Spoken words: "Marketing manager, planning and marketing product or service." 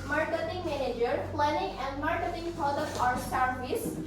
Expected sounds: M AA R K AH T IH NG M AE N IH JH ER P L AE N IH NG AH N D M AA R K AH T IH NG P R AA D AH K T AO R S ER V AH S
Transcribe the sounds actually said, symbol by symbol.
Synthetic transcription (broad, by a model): M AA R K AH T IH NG M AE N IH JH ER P L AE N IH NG AH N D M AA R K AH T IH NG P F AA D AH T AO R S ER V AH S